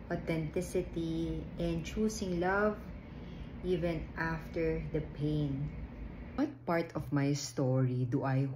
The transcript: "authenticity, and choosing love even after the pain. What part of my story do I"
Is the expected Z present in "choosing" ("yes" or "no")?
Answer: no